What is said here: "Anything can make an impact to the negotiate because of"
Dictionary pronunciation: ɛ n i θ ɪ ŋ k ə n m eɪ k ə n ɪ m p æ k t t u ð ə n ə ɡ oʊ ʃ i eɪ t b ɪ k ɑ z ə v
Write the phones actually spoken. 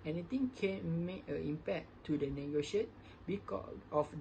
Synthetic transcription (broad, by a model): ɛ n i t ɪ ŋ k ə n m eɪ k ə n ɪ m p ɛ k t t u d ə n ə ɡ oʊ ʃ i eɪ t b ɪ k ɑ ə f